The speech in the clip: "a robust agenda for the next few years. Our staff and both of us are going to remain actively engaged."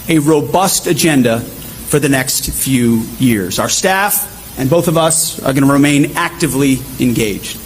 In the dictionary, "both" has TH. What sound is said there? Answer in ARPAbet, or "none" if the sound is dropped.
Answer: TH